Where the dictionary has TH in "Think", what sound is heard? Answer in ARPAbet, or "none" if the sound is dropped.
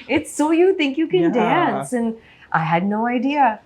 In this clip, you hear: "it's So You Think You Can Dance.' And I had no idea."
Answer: TH